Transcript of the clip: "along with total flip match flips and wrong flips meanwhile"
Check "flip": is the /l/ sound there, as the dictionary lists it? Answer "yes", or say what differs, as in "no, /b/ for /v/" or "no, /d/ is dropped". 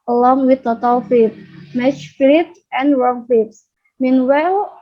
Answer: no, /l/ is dropped